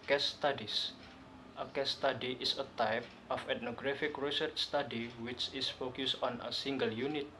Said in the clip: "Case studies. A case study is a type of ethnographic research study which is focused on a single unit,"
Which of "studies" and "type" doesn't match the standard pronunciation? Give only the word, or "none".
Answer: studies